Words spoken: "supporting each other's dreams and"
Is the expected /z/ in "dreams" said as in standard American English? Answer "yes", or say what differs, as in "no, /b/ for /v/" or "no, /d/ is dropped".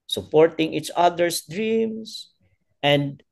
no, /s/ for /z/